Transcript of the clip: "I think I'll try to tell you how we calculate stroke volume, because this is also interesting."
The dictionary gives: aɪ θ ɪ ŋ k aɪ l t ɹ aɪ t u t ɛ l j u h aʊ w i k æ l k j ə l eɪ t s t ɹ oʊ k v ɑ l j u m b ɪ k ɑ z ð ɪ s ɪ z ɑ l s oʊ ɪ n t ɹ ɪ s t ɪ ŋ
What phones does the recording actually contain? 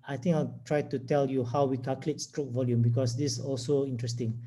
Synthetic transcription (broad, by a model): aɪ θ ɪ ŋ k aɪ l t ɹ aɪ t u t ɛ l j u h aʊ w i k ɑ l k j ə l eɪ t s t ɹ oʊ k v ɑ l j u m b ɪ k ɑ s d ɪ s ɑ l s oʊ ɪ n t ɹ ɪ s t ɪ ŋ